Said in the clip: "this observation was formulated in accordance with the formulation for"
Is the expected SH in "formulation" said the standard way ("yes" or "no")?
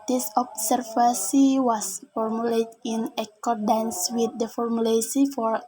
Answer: no